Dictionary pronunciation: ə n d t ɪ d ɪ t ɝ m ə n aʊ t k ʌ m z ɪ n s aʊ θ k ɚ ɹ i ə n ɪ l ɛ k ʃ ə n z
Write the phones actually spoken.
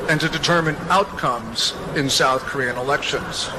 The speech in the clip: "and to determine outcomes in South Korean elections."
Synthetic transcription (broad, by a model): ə n t ɪ d ɪ t ɝ m ə n aʊ t k ʌ m z ɪ n s aʊ θ k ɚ ɹ i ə n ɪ l ɛ k ʃ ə n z